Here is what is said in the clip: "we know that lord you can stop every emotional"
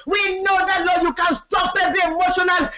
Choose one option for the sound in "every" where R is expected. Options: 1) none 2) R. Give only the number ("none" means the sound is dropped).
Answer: 1